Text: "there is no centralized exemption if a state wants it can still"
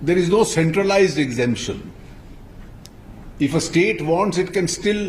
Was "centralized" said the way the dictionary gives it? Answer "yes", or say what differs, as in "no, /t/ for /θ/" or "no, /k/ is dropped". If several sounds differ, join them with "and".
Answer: yes